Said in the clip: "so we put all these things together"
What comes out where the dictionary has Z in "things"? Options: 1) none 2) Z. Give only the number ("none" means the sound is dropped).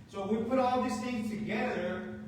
1